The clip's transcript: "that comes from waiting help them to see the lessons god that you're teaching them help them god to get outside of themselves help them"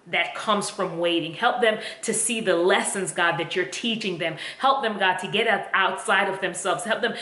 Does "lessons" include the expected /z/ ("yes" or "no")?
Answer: yes